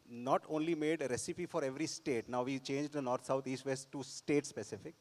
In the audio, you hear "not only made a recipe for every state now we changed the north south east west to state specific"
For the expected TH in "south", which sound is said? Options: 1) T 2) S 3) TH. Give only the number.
1